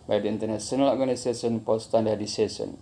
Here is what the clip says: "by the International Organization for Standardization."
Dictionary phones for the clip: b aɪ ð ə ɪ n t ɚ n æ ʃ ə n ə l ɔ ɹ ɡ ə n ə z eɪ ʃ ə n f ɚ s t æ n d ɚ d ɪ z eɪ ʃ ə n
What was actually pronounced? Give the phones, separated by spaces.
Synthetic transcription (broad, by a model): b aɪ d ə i n t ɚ n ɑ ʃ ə n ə l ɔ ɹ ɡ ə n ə s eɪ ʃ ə n p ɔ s t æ n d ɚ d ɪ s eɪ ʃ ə n